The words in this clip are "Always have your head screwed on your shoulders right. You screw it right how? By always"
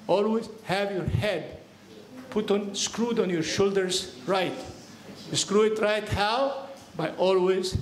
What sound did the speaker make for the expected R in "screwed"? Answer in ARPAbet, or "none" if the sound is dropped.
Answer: R